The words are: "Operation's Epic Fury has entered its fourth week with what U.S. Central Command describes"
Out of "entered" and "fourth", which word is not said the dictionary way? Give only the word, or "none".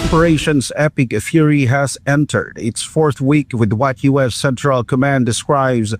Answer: none